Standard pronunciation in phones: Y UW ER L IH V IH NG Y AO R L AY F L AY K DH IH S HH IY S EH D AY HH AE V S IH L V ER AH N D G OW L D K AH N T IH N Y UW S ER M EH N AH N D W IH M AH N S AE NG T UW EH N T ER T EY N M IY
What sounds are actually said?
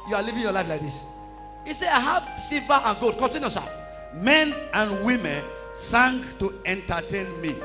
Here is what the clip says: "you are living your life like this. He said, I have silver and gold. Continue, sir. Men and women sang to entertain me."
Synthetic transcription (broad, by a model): Y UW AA L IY V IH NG Y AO L AY F L AY K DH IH S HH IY S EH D AY HH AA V S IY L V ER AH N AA G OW D K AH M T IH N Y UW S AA M EH N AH N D W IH M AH N S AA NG T UW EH N T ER T EY N M IY